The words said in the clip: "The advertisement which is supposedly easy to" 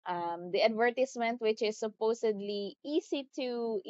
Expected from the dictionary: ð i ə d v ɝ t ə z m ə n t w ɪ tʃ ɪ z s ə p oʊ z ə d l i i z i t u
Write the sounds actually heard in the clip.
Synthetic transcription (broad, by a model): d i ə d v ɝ t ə s m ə n t w ɪ tʃ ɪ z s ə p oʊ s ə d l i i s i t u